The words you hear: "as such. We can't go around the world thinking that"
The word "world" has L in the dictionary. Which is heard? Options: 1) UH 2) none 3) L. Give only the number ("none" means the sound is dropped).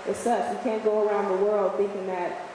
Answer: 3